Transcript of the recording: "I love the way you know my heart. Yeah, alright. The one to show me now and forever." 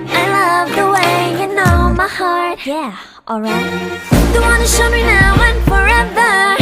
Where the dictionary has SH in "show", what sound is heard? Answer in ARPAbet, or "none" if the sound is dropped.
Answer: SH